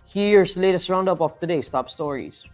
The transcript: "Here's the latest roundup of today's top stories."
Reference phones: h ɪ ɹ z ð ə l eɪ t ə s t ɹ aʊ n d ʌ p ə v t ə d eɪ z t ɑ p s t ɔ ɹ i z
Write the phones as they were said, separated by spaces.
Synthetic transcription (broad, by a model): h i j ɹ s l eɪ t ə s t ɹ aʊ n d ʌ p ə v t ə d eɪ s t ɑ p s t ɔ ɹ i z